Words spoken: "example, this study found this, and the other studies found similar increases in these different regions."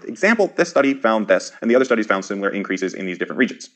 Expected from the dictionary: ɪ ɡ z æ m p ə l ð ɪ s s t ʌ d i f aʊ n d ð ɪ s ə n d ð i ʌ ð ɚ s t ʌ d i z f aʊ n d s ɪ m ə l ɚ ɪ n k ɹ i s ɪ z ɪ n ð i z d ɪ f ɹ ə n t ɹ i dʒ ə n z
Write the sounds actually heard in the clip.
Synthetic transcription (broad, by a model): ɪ ɡ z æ m p l ð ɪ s s t ʌ d i f aʊ n ð ɪ s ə n ð i ʌ ð ɚ s t ʌ d i z f aʊ n d s ɪ m l ɚ ɪ n k ɹ i s ɪ z ɪ n ð i z d ɪ f ɹ ə n t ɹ i dʒ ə n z